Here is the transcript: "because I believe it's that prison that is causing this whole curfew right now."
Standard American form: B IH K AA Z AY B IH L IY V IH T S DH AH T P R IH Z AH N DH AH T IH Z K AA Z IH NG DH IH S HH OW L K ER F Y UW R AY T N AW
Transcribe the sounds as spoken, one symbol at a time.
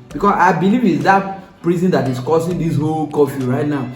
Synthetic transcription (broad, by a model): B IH K AA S AY B IH L IY V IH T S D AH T P R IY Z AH N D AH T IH S K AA S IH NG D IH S HH OW L K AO F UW R AY T N AW